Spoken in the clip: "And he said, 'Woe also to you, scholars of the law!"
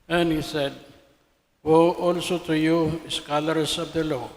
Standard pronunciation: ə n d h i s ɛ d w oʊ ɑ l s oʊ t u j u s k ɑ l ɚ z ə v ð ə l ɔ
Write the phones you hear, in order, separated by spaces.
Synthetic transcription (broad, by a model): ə n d h i s ɛ d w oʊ ɑ l s oʊ t u j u s k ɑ l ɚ s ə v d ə l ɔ